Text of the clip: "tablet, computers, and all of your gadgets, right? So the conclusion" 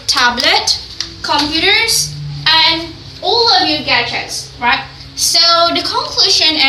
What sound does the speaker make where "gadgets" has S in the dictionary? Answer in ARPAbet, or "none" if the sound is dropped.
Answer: S